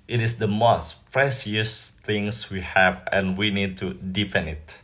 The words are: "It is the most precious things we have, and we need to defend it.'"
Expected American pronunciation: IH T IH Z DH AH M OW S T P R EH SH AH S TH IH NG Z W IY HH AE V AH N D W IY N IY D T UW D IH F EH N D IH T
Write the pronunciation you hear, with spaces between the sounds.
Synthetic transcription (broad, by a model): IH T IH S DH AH M OW S T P R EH S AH S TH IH NG S W IY HH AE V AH N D W IY N IY D T UW D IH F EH N IH T